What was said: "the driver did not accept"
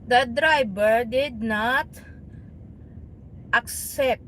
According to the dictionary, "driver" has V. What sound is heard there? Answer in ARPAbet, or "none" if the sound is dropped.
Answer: B